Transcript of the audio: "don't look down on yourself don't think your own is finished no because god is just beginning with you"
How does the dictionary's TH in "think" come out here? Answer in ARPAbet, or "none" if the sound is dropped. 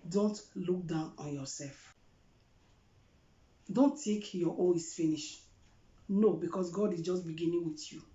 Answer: T